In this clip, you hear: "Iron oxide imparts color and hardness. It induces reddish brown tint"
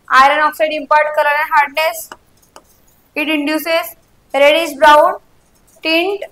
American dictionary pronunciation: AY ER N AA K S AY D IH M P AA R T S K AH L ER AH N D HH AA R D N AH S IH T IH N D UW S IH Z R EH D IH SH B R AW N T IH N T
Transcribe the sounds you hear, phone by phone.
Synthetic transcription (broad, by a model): AY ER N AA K S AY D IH M P AA R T K AH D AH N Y HH AA R D N AH S IH T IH N D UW S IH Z R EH D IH S B R AW N T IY N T